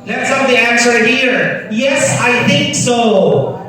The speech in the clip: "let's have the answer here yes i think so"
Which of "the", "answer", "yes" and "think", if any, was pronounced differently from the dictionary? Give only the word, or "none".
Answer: none